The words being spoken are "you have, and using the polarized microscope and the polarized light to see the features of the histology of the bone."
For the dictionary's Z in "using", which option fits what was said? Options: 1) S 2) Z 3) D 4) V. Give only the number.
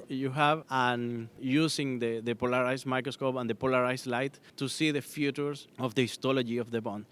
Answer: 1